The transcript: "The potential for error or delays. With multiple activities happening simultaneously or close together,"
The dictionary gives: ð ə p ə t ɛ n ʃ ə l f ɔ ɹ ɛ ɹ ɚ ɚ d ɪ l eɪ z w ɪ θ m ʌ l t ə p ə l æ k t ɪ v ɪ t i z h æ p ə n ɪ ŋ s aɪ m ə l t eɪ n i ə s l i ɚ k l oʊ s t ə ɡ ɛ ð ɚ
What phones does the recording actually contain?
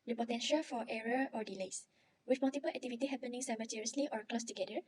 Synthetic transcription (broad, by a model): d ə p ə t ɛ n ʃ ə l f ɔ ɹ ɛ ɹ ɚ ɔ d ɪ l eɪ s w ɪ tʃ m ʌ l t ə p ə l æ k t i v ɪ t i h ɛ p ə n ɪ ŋ s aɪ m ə t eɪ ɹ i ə s l i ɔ k l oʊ s t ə ɡ ɛ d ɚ